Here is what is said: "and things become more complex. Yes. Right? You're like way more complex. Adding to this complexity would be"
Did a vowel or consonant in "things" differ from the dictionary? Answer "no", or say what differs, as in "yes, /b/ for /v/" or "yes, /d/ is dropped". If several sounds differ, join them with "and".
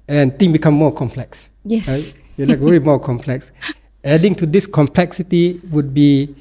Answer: yes, /z/ is dropped